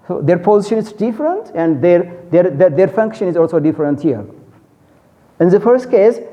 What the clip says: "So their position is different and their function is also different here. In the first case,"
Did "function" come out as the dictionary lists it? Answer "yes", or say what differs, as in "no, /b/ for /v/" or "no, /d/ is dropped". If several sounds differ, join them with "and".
yes